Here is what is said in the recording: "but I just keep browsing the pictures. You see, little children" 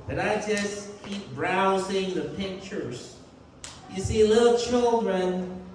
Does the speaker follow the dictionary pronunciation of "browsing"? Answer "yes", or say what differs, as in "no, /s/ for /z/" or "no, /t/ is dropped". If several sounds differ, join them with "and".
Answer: yes